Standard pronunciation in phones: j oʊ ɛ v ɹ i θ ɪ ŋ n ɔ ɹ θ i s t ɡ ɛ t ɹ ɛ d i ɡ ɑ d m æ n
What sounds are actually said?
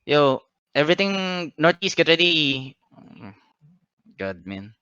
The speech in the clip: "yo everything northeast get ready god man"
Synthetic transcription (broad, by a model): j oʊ ɛ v ɹ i t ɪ ŋ n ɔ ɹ t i s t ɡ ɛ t ɹ ɛ d i ɡ ɑ d m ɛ n